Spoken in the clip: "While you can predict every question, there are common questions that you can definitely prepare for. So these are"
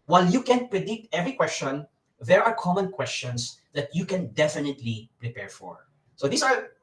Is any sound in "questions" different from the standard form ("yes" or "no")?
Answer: yes